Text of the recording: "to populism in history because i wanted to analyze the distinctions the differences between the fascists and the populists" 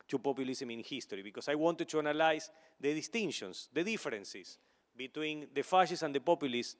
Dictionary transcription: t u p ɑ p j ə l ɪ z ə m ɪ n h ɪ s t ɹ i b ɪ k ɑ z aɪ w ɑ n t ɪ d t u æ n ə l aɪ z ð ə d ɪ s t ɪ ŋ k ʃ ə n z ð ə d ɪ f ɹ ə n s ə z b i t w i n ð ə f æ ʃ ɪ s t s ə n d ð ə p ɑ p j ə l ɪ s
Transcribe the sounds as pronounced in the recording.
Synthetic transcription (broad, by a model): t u p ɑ p j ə l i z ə m ɪ n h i s t ɹ i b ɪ k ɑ s aɪ w ɑ n t ɪ d t u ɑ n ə l aɪ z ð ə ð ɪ s t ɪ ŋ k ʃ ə n s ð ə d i f ɹ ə n s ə s b i t w i n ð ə f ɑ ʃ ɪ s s ə n d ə p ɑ p j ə l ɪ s